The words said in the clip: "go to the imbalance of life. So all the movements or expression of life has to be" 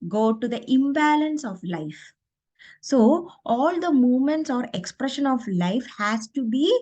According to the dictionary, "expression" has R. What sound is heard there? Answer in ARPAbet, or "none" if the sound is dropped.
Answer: R